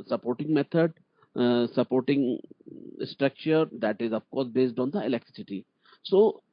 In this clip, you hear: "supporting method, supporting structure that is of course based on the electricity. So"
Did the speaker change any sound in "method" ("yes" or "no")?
yes